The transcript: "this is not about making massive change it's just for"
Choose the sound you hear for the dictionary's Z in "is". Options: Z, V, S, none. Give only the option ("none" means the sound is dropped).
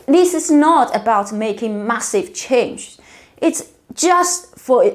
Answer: S